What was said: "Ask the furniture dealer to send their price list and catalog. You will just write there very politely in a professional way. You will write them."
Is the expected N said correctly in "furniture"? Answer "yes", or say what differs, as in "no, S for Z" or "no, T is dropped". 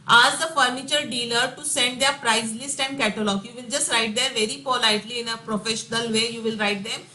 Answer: yes